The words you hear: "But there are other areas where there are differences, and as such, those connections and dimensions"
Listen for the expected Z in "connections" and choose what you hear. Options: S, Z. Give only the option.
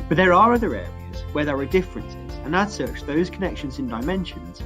Z